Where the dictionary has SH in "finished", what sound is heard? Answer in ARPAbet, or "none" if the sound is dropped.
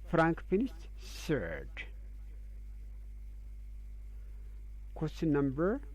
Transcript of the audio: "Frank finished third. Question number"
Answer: S